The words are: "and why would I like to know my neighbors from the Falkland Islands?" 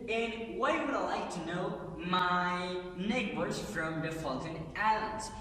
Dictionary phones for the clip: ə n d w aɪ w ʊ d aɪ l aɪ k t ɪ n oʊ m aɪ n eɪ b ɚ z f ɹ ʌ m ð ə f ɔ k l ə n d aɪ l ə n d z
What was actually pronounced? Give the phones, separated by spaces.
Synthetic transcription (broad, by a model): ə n w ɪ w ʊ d aɪ l aɪ k t ɪ n oʊ m aɪ n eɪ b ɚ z f ɹ ʌ m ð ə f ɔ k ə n aɪ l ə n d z